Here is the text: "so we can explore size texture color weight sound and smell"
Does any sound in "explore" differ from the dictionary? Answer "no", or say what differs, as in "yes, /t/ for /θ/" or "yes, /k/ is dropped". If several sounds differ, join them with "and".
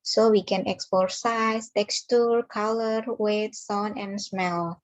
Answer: yes, /l/ is dropped